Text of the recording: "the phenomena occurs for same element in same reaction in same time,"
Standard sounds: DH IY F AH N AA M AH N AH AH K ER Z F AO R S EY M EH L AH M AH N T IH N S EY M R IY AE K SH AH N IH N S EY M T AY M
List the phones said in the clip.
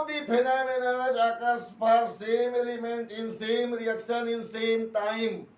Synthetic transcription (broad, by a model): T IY P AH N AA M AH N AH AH K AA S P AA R S EY M EH L AH M AH N T IH N S EY M R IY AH K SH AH N IH N S EY M T AY M